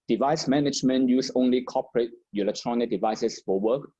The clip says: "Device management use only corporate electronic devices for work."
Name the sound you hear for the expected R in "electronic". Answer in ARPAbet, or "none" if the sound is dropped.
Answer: R